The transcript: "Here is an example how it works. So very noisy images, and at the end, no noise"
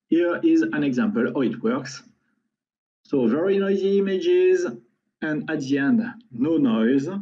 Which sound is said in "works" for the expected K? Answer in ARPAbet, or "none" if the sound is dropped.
K